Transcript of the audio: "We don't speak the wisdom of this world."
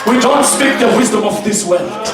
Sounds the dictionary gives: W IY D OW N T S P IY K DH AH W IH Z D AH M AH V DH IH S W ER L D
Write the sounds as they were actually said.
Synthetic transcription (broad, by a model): W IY D OW N T S P IY K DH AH W IH Z D AH M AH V DH IH S W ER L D